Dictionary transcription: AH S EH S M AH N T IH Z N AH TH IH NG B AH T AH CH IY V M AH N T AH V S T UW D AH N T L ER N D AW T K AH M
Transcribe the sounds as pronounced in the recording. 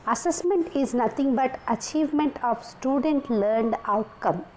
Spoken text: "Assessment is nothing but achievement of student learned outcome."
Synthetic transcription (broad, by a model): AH S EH S M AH N T IH Z N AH T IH NG B AH T AH CH IY V M AH N T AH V S T UW D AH N T L ER N D AW T K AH M